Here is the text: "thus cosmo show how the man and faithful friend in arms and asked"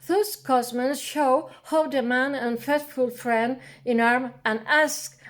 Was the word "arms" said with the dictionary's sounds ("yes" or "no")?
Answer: no